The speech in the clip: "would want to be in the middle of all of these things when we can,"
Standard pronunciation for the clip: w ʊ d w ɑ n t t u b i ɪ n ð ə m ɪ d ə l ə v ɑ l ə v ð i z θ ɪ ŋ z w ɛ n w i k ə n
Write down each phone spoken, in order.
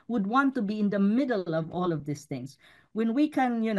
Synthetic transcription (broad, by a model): w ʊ d w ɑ n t t u b i ɪ n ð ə m ɪ d ə l ə v ɑ l ə v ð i s θ ɪ ŋ z w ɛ n w i k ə n